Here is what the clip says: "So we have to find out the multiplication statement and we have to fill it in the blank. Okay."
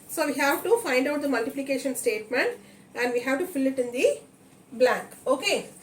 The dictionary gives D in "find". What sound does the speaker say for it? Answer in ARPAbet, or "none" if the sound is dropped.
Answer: D